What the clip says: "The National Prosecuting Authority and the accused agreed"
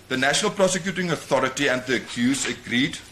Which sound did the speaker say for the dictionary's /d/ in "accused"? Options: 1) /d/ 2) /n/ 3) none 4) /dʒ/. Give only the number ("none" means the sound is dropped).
3